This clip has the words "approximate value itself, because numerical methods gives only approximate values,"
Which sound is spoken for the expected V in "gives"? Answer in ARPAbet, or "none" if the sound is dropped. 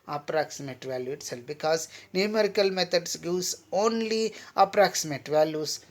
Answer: none